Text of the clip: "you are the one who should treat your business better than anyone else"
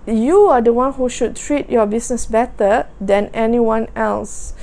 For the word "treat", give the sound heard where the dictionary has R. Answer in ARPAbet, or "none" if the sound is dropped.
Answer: R